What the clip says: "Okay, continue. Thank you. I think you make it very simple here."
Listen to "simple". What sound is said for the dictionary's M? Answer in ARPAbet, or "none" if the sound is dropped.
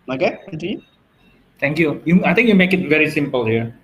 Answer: M